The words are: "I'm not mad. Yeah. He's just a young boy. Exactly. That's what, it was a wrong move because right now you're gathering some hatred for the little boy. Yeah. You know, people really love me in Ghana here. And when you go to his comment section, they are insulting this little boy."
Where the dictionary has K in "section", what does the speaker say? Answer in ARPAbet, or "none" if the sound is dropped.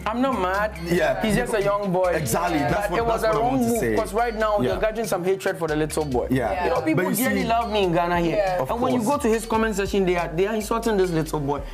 none